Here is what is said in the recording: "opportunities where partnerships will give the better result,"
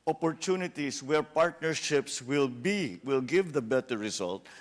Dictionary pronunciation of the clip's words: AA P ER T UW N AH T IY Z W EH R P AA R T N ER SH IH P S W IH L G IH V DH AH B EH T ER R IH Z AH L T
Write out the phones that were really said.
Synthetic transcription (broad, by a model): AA P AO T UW N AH T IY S W EH R P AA R T N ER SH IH P S W IH L G IH V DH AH B EH T ER R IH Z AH L T